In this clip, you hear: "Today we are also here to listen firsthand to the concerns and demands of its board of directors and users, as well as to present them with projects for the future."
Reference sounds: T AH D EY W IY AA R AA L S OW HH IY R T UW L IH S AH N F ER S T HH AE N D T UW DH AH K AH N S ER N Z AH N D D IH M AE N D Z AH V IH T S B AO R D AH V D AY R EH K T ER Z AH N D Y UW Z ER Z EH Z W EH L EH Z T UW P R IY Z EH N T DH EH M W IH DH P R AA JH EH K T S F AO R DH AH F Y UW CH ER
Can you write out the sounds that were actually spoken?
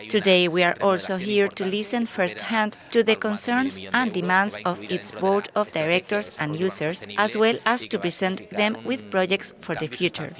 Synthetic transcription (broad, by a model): T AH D EY W IY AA R AA L S OW HH IY R T UW L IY S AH N F ER S T HH AE N D T UW DH AH K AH N S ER N S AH N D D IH M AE N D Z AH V IH T S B AO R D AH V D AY R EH K T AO S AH N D Y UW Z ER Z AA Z W EH L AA S T UW P R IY S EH N T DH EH M W IH DH P R AA JH EH K T S F AO R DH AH F Y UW CH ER